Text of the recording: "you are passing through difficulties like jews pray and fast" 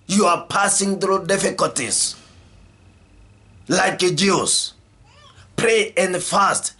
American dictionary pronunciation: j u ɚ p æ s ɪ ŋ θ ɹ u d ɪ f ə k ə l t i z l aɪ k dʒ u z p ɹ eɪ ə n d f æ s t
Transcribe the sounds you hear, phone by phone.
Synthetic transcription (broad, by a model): j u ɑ p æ s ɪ ŋ θ ɹ u d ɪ f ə k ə l t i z l aɪ k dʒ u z p ɹ eɪ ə n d f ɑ s t